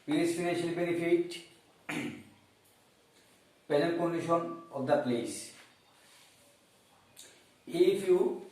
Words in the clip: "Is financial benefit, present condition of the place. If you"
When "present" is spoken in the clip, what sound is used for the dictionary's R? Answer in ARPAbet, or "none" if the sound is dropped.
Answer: none